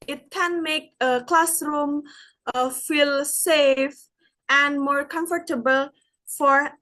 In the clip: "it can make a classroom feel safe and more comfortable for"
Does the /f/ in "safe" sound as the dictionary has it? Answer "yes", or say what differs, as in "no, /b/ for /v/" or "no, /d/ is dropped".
yes